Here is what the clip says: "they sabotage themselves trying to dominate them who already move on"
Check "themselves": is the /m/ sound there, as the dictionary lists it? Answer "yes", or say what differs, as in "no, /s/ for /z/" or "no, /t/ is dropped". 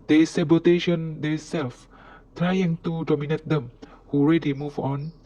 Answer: no, /m/ is dropped